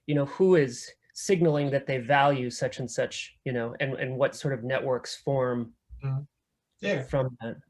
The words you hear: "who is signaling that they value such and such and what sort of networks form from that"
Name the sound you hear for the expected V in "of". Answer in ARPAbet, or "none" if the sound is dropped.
V